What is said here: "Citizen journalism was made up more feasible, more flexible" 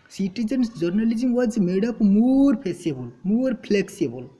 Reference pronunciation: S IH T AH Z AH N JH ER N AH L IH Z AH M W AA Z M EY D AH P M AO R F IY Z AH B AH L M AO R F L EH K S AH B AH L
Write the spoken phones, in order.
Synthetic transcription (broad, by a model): S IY T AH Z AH N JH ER N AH L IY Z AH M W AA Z M EY D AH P M AO R P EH S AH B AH L M AO R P L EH K S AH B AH L